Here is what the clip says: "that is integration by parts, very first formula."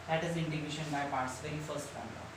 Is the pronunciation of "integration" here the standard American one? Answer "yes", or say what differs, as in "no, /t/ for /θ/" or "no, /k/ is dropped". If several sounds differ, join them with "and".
no, /ɹ/ is dropped